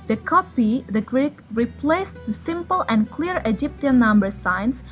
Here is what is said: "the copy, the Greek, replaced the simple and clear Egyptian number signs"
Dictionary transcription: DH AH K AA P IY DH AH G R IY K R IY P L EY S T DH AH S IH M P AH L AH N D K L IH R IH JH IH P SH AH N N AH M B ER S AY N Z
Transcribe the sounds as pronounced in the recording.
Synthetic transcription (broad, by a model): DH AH K AA P IY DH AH G R IY K R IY P L EY S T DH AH S IH M P AH L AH N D K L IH R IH JH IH P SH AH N N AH M B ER S AY N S